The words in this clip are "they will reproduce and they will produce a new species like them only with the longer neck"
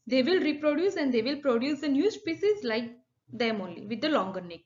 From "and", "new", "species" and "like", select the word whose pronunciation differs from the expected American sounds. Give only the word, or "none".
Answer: species